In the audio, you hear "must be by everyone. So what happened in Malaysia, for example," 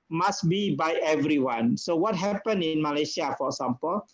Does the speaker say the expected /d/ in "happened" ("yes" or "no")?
no